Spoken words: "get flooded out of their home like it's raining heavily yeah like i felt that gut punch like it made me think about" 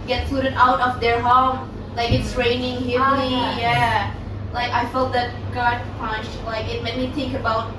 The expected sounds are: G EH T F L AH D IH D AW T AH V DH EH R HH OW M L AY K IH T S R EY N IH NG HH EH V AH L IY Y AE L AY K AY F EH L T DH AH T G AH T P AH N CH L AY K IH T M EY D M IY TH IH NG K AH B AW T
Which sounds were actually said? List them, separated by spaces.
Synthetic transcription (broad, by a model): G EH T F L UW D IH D AW T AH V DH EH R HH OW M L AY K IH T S R EY N IH NG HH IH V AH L IY Y AE L AY K AY F EH L T DH AH T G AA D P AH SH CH L AY K IH T M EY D M IY TH IH NG K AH B AW T